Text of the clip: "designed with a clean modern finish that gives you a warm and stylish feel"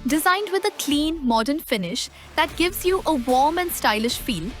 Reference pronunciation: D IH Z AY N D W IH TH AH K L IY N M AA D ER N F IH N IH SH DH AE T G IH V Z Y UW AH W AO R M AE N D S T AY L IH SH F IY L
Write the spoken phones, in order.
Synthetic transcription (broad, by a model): D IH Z AY N D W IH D AH K L IY N M AA D ER N F IH N IH SH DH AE T G IH V Z Y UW AH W AO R M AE N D S T AY L IH SH F IY L